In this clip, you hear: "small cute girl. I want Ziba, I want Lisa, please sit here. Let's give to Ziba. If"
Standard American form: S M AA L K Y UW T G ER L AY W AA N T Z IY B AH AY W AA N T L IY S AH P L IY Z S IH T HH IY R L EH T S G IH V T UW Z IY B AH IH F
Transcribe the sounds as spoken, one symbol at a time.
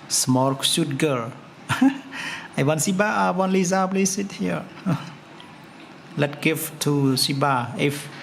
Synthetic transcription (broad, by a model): S M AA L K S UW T G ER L AY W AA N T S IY B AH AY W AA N L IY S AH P L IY S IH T HH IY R L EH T G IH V T UW S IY B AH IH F